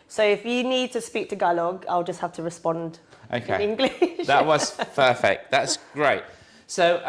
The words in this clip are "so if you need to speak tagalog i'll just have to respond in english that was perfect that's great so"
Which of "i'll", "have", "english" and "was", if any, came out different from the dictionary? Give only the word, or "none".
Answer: have